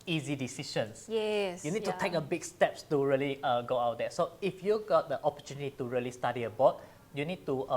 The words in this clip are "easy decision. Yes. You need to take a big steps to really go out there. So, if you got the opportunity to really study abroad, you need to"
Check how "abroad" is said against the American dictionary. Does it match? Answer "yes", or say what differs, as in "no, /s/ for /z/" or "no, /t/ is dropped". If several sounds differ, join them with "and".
no, /ɹ/ is dropped